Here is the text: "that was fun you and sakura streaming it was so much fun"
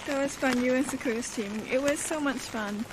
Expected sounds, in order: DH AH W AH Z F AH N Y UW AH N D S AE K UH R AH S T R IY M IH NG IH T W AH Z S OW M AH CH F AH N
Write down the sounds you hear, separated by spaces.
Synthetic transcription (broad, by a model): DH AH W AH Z F AH N Y UW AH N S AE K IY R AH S T IY M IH NG IH T W AH Z S OW M AH CH F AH N